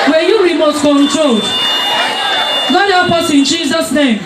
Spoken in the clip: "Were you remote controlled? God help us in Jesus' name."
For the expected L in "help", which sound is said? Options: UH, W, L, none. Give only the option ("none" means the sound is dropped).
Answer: none